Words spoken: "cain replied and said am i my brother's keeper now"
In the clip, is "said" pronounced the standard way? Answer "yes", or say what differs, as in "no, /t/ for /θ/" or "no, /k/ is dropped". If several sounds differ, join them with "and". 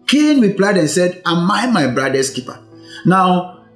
yes